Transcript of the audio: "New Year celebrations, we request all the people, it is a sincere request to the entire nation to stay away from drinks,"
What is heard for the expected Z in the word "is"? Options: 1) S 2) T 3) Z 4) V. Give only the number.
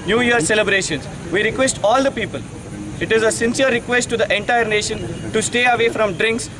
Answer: 3